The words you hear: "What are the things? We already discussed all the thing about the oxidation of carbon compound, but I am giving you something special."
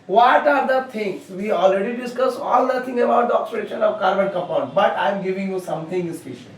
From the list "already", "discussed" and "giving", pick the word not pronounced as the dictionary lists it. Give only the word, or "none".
discussed